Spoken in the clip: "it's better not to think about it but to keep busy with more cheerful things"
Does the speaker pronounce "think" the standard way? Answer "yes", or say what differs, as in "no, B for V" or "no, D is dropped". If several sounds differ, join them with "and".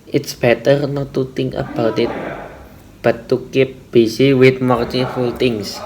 no, T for TH and K is dropped